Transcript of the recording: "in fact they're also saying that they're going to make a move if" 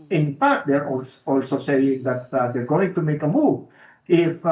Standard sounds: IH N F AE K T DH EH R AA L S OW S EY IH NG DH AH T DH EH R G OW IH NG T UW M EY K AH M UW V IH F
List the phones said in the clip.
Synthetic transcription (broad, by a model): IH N P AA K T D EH R AA L S OW S EY IH NG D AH T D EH R G OW IH NG T UW M EY K AH M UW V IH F